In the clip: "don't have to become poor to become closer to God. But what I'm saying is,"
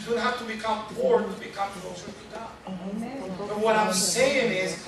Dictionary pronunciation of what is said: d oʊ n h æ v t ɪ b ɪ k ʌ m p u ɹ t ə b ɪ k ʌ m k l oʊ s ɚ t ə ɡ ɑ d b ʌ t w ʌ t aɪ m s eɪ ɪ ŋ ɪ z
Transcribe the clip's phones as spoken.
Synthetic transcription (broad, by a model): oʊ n h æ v t ɪ b ɪ k ʌ m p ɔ ɹ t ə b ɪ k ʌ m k oʊ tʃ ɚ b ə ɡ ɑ b ʌ t w ʌ t aɪ m s eɪ ɪ ŋ ɪ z